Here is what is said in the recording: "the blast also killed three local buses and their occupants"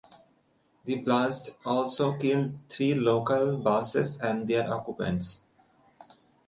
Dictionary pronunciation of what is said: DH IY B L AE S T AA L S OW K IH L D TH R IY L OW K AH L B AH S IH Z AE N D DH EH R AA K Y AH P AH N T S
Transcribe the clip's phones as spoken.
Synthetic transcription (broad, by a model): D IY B L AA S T AA L S OW K IH L D T R IY L OW K AH L B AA S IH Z AE N D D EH R AA K Y AH P AH N T S